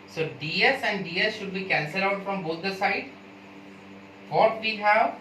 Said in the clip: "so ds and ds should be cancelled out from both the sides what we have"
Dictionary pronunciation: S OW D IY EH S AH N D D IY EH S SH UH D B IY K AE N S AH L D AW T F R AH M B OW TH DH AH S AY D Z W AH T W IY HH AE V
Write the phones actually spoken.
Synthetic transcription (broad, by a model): S OW D IY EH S AH N D D IY EH S SH UH D B IY K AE N S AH L AW T F R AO M B OW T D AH S AY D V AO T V IY HH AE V